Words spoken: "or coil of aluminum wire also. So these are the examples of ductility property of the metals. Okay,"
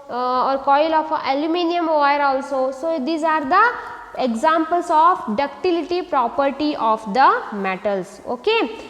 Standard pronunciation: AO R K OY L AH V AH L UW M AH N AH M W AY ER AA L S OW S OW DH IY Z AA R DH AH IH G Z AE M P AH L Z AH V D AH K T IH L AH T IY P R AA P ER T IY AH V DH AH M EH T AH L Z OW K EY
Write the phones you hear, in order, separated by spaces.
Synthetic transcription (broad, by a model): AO R K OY L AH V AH L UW M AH N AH M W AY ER AA L S OW S OW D IY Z AA R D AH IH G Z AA M P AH L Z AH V D AH K T IH L AH T IY P R AA P ER T IY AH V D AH M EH T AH L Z OW K EY